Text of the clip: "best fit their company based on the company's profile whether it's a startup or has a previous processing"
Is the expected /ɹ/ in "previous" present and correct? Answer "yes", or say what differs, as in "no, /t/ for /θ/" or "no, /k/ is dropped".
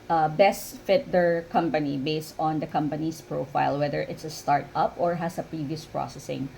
yes